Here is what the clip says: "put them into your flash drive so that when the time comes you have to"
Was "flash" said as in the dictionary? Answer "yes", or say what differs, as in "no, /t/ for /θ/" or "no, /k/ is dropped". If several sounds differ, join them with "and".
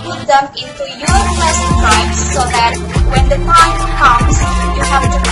no, /l/ is dropped